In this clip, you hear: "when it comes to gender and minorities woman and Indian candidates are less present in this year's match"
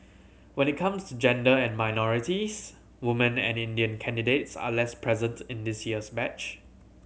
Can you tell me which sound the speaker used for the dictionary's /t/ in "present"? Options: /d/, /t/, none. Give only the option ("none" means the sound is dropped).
/t/